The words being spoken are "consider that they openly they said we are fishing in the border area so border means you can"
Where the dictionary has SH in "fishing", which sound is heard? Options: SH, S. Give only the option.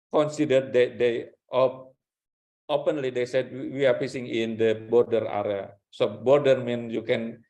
S